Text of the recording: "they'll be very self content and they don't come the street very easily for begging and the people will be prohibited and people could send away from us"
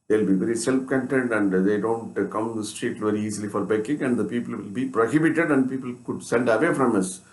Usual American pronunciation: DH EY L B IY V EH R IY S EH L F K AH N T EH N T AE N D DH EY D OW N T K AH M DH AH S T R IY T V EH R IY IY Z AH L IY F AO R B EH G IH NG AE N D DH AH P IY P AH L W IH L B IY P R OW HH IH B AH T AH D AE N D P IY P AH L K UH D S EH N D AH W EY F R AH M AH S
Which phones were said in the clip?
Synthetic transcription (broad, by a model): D EY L B IY V EH R IY S EH L F K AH N T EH N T AE N D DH EY D OW N T K AH M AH S T R IY T V EH R IY IY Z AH L IY F AO R B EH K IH NG AE N D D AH P IY P AH L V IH L B IY P R OW HH IH B AH T AH D AE N D P IY P AH L K UH D S EH N D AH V EY F R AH M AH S